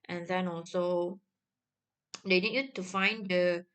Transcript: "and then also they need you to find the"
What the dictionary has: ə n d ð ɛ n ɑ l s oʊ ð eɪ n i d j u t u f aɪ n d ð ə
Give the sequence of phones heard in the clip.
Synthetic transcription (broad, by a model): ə n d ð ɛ n ɑ l s oʊ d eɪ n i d j u t u f aɪ n d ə